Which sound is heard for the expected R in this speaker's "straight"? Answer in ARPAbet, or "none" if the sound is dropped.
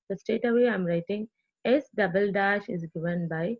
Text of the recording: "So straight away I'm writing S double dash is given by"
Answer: none